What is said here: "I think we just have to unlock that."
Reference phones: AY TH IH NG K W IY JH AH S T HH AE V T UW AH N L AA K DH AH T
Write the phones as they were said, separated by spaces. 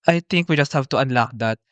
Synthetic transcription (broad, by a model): AY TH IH NG K W IY JH AH S T HH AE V T UW AH N L AA K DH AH T